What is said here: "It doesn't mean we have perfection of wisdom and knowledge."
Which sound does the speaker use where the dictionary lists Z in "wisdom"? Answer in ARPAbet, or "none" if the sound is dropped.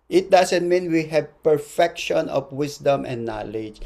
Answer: S